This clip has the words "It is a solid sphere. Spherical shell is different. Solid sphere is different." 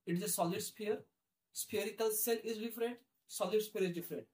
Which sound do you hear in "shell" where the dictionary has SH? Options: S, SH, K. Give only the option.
S